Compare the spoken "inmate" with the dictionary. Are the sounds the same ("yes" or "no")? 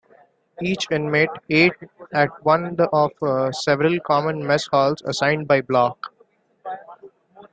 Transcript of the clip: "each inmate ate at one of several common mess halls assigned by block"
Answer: yes